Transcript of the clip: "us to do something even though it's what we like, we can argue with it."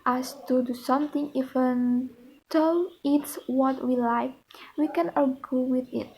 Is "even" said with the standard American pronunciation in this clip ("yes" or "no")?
no